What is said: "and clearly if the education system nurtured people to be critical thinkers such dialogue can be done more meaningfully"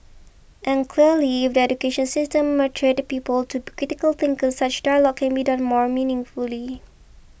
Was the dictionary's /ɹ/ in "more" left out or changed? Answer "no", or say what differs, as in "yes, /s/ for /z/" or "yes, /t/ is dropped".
no